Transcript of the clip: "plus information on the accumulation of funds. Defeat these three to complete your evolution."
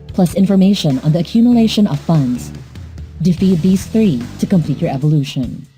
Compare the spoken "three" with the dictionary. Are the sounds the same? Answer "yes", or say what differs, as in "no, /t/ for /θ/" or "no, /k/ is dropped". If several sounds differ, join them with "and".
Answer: yes